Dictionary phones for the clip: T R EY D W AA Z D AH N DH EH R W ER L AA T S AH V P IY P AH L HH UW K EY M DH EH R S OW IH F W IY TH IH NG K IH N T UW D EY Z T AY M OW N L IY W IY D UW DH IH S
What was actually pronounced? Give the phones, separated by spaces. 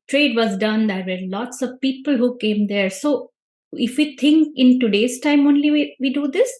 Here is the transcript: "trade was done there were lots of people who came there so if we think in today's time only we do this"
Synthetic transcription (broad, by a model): T R EY D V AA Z D AH N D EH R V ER L AA T S AH V P IY P AH L HH UW K EY M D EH R S OW IH F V IY T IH NG K IH N T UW D EY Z T AY M OW N L IY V IY D UW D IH S